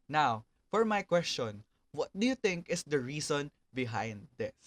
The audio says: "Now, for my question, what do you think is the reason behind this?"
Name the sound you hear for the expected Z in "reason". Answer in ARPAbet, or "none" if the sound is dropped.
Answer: S